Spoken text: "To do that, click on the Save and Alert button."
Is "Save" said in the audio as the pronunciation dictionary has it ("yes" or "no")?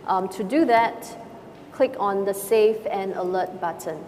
no